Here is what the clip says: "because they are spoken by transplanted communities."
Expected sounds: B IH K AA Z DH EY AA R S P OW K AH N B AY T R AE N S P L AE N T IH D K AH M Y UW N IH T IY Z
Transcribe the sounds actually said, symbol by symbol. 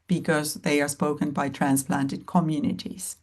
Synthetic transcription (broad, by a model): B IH K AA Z DH EY AA R S P OW K AH N B AY T R AE N S P L AE N T IH D K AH M Y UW N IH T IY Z